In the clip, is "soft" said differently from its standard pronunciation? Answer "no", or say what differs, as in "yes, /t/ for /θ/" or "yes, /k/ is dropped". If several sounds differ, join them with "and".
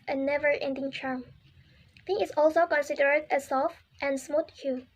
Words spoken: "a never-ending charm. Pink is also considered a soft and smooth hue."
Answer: no